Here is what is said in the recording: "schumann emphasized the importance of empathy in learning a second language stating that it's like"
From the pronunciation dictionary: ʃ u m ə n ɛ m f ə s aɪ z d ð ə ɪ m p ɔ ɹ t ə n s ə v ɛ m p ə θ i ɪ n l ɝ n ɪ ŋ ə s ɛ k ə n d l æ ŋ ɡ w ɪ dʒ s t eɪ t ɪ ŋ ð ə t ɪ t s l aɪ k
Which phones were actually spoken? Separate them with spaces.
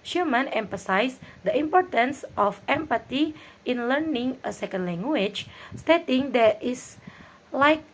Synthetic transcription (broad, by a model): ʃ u m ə n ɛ m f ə s aɪ s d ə ɪ m p ɔ ɹ t ə n s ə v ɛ m p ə t i ɪ n l ɝ n ɪ ŋ ə s ɛ k ə n d l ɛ ŋ ɡ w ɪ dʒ s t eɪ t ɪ ŋ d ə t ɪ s l aɪ k